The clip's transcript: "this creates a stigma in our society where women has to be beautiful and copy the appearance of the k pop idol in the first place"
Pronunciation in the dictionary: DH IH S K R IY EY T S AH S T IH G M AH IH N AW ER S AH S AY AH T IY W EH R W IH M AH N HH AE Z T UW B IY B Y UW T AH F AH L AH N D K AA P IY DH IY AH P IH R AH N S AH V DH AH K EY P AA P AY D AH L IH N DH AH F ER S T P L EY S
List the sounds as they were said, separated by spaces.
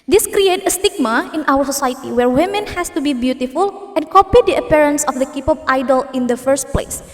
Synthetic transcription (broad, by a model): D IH S K R IY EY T AH S T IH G M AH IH N AW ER S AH S AY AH T IY W EH R W IH M AH N HH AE S T UW B IY B Y UW T AH F AH L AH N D K AA P IY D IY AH P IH R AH N S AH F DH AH K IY P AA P AY D AH L IH N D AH F ER S T P L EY S